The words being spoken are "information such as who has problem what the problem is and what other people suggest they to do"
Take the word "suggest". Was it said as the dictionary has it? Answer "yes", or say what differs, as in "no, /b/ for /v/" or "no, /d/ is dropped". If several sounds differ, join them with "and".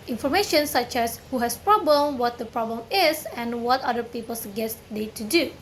no, /dʒ/ is dropped